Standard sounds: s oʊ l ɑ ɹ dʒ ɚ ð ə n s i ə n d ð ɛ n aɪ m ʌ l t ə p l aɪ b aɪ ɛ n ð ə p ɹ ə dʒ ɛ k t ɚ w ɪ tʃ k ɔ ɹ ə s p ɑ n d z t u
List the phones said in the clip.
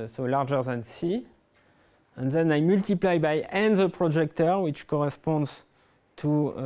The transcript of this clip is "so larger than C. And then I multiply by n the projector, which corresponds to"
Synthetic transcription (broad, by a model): s oʊ l ɑ ɹ dʒ ɚ ð ə n s i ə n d ð ɛ n aɪ m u l t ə p l aɪ b aɪ ɛ n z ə p ɹ ə dʒ ɛ k t ɚ w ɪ tʃ k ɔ ɹ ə s p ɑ n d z t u